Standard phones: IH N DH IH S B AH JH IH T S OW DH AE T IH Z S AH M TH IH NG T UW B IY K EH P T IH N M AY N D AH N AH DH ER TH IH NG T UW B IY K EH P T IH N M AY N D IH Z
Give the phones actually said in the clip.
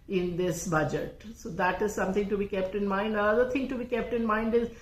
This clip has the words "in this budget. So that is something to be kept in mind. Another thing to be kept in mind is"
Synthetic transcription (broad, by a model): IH N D IH S B AH JH IH T S OW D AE T IH Z S AH M T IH NG T UW B IY K EH P T IH N M AY N D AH AH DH ER T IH NG T UW B IY K EH P T IH N M AY N D IH Z